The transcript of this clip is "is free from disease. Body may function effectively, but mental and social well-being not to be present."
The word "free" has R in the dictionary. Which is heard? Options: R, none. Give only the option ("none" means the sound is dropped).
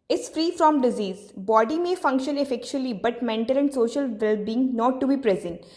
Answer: R